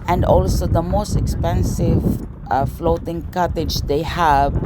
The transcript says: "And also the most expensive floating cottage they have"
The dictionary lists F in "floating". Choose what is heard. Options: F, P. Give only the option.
F